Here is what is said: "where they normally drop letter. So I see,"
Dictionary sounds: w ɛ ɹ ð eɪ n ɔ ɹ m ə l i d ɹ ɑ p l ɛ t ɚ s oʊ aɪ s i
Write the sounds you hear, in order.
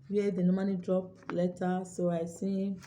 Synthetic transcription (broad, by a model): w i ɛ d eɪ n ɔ m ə n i d ɹ ɑ p l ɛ t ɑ s oʊ aɪ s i